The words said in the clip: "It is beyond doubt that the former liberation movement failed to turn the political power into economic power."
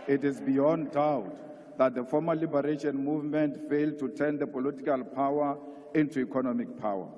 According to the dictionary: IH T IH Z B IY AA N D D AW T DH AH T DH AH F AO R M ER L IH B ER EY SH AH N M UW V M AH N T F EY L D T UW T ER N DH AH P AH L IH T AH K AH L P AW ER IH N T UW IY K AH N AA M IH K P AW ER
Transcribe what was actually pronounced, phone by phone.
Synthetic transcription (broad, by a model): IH T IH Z B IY AA N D D AW T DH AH T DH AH F AO M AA L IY B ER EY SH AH N M UW V M AH N T F EY L D T UW T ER N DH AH P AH L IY T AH K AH L P AW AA IH N T UW IY K AH N AA M IH K P AW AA